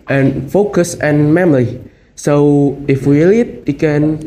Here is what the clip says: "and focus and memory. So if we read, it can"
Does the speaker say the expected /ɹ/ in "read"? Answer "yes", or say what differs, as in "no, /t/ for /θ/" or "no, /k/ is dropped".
no, /l/ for /ɹ/